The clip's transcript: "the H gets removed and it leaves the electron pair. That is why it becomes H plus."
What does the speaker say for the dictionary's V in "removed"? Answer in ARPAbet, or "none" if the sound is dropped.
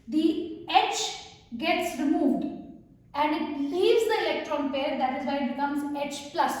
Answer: V